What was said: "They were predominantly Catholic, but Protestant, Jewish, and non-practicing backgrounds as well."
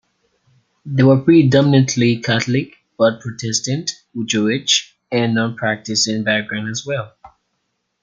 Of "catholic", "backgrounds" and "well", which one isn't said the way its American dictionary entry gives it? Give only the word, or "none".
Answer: backgrounds